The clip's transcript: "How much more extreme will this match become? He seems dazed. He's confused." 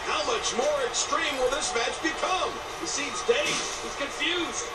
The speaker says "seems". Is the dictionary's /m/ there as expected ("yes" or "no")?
no